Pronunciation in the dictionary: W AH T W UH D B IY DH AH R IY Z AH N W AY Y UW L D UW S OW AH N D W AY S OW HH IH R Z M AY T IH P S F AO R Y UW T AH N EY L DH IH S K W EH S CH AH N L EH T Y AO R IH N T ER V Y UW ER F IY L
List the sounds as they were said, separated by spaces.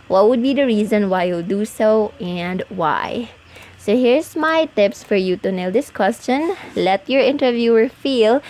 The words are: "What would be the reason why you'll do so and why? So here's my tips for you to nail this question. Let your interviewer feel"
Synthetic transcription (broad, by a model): W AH T W UH D B IY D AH R IY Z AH N W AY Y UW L D UW S OW AH N D W AY S OW HH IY R S M AY T IH P S F AO R Y UW T AH N EY L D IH S K W EH S CH AH N L EH T Y AO R IH N T ER V Y UW ER F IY L